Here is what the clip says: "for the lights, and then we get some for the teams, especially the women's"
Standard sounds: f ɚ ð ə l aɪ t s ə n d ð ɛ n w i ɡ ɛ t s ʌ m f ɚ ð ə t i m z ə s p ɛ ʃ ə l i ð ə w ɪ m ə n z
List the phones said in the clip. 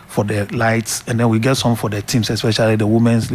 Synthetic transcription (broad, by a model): f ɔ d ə l aɪ t s ə n d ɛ n w i ɡ ɛ t s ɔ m f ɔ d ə t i m s ə s p ɛ ʃ ə l i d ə w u m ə n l